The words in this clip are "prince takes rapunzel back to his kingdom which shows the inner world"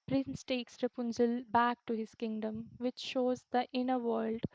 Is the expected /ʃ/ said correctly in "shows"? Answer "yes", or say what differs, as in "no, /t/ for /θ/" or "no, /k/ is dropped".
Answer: yes